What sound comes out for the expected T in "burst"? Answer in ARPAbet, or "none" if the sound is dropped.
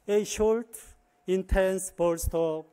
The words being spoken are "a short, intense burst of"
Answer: T